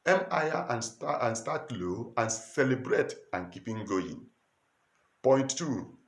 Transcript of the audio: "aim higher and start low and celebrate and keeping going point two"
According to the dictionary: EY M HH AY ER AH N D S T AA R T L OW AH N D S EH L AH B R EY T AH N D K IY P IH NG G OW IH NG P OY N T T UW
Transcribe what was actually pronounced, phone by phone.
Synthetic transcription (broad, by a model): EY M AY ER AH N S S T AA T L OW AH N S EH L AH B R EY T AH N K IY P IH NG G OW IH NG P OY N T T UW